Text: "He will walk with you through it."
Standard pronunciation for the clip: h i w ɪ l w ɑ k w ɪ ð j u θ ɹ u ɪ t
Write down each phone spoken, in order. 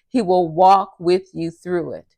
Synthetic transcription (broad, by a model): h i w ɪ l w ɑ k w ɪ ð j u θ ɹ u ɪ t